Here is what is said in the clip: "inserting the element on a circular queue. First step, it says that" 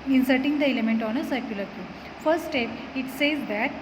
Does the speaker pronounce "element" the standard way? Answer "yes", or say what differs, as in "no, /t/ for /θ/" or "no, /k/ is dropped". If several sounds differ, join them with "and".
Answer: yes